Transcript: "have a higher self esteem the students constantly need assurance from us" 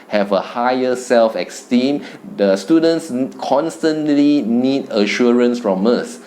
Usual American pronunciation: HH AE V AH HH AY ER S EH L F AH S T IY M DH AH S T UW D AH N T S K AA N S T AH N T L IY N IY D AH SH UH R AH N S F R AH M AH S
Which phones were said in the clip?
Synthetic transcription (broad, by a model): HH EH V AH HH AY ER S EH L F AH S T IY M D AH S T UW D AH N T S K AA N S T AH N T L IY N IY D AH SH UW R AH N S F R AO M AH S